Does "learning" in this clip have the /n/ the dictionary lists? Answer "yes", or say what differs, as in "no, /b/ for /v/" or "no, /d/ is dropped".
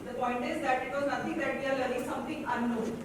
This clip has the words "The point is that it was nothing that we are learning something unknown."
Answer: no, /n/ is dropped